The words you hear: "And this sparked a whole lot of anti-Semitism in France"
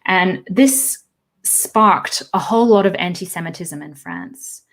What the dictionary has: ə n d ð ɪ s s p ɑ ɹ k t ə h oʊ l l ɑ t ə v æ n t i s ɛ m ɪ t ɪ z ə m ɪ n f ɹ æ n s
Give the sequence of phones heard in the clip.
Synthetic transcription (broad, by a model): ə n ð ɪ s s p ɑ ɹ k t ə h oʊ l l ɑ t ə v æ n t i s ɛ m ɪ t ɪ z ə m ɪ n f ɹ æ n s